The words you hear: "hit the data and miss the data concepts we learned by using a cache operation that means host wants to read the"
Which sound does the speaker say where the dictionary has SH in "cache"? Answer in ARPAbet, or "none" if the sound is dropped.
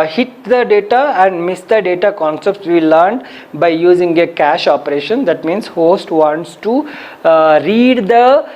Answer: SH